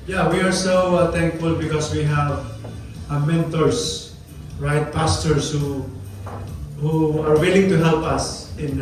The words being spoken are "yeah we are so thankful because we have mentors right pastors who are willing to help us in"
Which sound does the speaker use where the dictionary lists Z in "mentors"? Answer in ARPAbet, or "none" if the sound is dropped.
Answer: S